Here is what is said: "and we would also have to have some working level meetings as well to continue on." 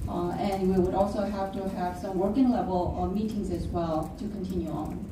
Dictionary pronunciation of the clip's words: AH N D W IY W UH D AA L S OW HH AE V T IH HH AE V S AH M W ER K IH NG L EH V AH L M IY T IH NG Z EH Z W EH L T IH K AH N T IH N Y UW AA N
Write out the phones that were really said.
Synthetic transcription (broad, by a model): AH N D W IY W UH D AA L S OW HH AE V T IH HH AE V S AH M W ER K IH NG L EH V AH L M IY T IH NG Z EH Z W EH L T IH K AH N T IH N Y UW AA N